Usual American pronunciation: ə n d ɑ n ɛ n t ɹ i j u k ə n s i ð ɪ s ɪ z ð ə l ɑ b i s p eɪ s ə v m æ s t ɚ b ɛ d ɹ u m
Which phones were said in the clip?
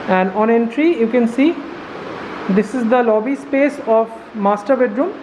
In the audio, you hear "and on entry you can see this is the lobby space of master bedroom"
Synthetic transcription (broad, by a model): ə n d ɑ n ɛ n t ɹ i j u k ə n s i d ɪ s ɪ z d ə l ɑ b i s p eɪ s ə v m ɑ s t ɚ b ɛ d ɹ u m